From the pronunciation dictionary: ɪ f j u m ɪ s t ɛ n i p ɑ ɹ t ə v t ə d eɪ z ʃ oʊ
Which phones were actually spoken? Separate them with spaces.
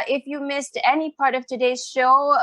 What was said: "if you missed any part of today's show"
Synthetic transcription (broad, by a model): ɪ f j u m ɪ s t ɛ n i p ɑ ɹ t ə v t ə d eɪ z ʃ oʊ